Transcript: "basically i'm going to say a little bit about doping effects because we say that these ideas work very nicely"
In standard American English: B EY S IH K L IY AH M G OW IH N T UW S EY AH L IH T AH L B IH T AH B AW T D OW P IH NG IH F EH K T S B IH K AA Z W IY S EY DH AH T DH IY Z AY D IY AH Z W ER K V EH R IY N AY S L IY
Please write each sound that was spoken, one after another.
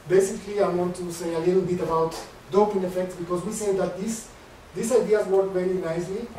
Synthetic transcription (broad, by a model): B EY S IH K L IY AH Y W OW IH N T UW S EY AH L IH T L B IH T AH B AW T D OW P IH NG IH F EH K T S B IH K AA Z W IY S EY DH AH T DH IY S AY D IY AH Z W ER K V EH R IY N AY S L IY